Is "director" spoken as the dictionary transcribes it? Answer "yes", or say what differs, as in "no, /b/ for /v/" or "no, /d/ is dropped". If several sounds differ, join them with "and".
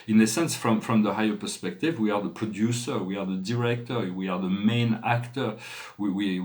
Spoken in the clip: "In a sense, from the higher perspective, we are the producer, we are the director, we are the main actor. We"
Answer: yes